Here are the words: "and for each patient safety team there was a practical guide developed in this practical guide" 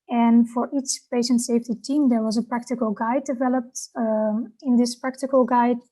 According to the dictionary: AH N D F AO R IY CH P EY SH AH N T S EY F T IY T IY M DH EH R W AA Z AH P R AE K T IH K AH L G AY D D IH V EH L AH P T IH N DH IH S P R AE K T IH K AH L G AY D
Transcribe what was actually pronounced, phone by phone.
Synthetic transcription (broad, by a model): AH N F AO R IY CH P EY SH AH N T S EY F T IY T IY M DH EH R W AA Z AH P R AE K T IH K AH L G AY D D IH V EH L AH P T IH N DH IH S P R AE K T IH K AH L G AY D